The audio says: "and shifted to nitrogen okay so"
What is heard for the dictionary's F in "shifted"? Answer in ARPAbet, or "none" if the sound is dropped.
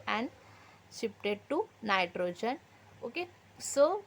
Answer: P